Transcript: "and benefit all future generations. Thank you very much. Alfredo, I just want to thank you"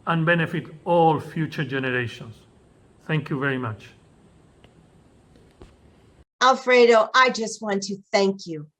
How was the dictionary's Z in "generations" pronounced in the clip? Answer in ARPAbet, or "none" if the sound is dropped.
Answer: S